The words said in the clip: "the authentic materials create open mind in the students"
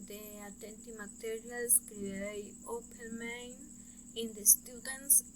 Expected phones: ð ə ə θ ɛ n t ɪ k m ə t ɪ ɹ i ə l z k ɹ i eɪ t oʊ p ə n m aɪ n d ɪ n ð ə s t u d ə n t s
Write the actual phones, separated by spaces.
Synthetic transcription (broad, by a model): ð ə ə t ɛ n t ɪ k m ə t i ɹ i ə l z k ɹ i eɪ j oʊ p ə n m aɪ n ɪ n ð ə s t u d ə n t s